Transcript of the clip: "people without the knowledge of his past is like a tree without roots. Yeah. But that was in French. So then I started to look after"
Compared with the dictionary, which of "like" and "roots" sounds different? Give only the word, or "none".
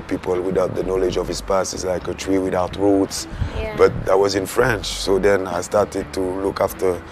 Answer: none